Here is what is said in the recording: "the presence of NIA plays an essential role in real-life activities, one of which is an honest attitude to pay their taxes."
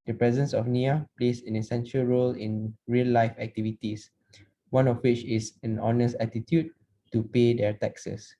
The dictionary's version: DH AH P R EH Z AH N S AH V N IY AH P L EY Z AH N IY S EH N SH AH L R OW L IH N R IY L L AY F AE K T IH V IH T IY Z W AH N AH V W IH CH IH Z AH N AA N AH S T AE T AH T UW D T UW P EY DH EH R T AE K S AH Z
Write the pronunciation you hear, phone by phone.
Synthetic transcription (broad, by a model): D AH P R EH Z AH N S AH F N IY AH P L EY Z AH N IY S EH N SH AH L R OW L IH N R IY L L AY F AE K T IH V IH T IY S W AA N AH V W IH CH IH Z AH N AA N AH S T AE T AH T UW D T UW P EY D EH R T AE K S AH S